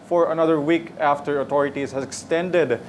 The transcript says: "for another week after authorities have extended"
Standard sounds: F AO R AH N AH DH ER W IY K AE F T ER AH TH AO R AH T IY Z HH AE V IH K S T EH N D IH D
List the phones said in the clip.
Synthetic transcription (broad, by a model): F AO R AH N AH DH ER W IY K AE F T ER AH T AO R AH T IY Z HH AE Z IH K S T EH N D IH D